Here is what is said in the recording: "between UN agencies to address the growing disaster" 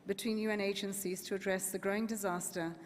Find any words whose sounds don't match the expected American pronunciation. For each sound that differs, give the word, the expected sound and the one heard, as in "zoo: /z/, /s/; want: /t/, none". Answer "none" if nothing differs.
none